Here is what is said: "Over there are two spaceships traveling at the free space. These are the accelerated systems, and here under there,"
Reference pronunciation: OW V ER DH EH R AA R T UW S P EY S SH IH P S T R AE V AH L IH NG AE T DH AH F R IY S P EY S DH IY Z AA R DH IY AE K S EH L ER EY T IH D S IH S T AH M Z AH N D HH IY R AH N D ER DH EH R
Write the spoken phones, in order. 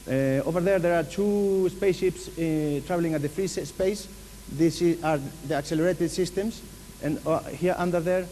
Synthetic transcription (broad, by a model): OW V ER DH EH R AA R T UW S P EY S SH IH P S T R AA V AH L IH NG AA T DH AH F R IY S P EY S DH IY S AA R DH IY AE K S EH L ER EY T IH D S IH S T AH M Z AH N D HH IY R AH N D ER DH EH R